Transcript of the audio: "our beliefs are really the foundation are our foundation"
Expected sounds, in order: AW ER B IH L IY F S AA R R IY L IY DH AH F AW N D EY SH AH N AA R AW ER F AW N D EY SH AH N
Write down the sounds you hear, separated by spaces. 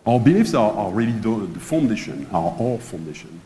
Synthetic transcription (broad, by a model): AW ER B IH L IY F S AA R L IY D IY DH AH F AW N D EY SH AH N AA R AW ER F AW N D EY SH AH N